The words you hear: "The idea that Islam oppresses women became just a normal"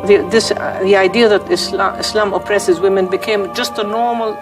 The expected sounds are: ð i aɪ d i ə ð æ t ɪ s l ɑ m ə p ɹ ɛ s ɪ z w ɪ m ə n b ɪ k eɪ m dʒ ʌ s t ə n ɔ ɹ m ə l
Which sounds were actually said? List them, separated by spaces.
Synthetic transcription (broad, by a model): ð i aɪ d i ə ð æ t ɪ s l ɑ m ə p ɹ ɛ s ɪ z w ɪ m ə n b ɪ k eɪ m dʒ ʌ s t ə n ɔ ɹ m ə l